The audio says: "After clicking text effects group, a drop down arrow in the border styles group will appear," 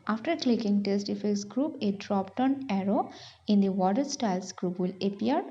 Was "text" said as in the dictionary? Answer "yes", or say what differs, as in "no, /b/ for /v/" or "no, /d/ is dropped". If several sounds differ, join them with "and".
no, /k/ is dropped